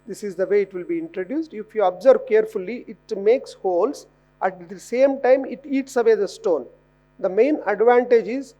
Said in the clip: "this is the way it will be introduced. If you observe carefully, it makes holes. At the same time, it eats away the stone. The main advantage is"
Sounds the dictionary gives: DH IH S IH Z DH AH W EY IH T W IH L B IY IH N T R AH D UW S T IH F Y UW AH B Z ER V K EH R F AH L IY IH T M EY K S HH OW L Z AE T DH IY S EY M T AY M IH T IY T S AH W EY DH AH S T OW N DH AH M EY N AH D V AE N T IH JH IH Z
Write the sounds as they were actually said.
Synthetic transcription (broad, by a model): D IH S IH Z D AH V EY IH T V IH L B IY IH N T R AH D UW S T IH F Y UW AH B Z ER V K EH R F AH L IY IH T M EY K S HH OW L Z AE T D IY S EY M T AY M IH T IY T S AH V EY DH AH S T OW N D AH M EY N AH D V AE N T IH JH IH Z